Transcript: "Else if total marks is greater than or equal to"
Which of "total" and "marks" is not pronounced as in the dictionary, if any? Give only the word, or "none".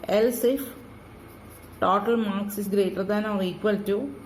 none